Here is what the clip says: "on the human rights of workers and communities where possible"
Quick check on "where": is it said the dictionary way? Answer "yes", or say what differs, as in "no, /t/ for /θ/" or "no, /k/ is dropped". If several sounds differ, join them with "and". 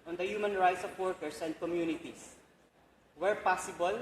yes